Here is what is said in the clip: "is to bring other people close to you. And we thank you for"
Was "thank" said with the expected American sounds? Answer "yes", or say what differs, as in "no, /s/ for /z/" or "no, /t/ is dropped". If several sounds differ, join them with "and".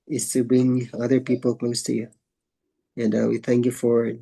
yes